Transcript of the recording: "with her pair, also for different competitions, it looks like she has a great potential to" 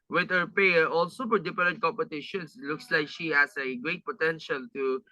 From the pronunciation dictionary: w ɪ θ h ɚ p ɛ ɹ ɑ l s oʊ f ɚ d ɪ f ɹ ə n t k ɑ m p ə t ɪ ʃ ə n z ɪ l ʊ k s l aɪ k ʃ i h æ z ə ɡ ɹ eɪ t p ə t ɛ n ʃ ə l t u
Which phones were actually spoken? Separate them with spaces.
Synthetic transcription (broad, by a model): w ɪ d h ɚ p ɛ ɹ ɑ l s oʊ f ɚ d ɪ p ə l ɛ k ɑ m p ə t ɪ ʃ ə n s l ʊ k s l aɪ k ʃ i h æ s ə ɡ ɹ eɪ t p ə t ɛ n ʃ ə l t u